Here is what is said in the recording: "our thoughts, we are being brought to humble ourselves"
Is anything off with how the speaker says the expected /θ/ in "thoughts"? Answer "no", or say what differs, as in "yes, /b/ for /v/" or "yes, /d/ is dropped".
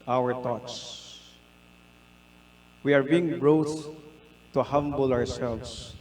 yes, /t/ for /θ/